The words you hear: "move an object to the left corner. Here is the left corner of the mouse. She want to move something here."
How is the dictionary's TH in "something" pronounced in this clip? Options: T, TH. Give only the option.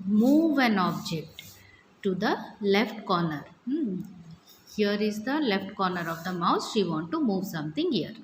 T